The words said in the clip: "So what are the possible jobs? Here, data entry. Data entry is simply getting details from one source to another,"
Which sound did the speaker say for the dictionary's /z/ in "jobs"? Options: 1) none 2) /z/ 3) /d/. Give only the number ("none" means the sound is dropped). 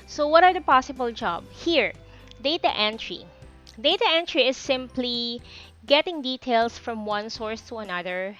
1